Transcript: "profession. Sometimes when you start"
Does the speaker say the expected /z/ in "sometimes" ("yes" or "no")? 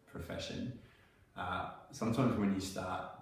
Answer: yes